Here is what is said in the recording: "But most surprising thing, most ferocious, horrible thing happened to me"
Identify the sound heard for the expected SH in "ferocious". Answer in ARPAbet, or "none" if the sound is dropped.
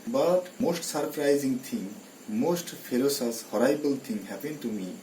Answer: S